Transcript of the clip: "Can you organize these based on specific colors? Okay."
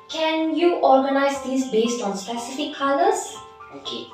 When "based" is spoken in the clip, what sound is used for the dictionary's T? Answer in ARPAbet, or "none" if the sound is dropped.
T